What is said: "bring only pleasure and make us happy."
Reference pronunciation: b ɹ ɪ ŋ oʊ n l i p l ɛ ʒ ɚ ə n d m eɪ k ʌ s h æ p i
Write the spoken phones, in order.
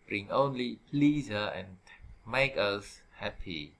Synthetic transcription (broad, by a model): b ɹ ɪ ŋ oʊ n l i p l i z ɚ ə n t m eɪ k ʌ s h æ p i